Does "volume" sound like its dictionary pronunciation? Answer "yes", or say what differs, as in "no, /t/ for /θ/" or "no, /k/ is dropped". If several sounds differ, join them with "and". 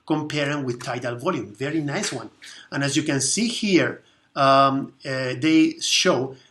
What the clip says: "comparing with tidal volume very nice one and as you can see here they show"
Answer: yes